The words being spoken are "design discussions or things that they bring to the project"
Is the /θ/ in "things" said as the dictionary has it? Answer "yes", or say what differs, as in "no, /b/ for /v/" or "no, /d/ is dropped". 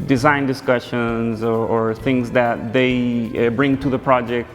yes